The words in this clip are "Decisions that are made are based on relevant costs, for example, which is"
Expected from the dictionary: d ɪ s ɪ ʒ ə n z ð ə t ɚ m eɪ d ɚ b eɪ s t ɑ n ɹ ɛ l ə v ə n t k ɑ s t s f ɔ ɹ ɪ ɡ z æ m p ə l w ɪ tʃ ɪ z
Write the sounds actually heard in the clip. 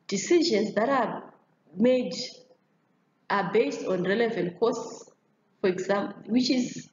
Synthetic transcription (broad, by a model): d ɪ s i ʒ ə n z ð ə t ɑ m eɪ d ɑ b eɪ s t ɑ n ɹ ɛ l ə v ə n t k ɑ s s f ɔ ɹ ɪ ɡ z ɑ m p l w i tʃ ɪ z